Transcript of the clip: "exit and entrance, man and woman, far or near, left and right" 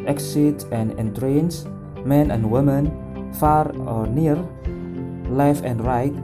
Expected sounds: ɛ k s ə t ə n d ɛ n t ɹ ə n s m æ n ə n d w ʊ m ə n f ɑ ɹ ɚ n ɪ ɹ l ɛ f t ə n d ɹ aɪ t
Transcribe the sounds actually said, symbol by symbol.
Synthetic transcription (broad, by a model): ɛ k s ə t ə n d ɛ n t ɹ ə n s m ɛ n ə n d w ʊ m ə n f ɑ ɹ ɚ n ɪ ɹ l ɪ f ə n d ɹ aɪ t